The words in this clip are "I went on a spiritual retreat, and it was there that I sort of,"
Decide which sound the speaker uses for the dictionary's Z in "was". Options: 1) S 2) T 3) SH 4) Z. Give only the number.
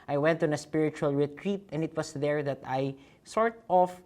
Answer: 1